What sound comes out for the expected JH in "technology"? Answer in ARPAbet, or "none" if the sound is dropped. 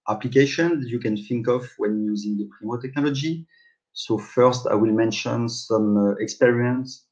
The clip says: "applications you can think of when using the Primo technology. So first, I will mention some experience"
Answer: JH